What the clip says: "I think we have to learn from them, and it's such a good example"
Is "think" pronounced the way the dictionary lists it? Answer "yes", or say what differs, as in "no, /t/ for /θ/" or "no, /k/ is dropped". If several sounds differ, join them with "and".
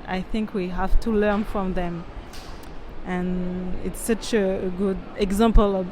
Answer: yes